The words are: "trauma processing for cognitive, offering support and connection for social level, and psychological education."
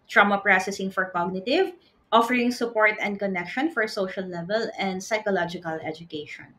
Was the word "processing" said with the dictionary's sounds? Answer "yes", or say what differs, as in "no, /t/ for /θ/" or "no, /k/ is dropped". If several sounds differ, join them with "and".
yes